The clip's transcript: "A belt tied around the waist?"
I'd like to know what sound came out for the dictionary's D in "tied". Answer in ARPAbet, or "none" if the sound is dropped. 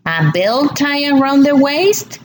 none